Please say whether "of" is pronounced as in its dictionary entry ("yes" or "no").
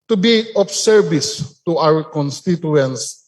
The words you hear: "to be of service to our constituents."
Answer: no